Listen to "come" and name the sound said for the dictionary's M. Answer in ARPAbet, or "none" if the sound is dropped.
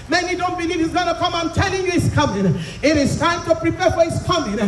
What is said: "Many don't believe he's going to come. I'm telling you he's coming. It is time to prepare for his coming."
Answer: M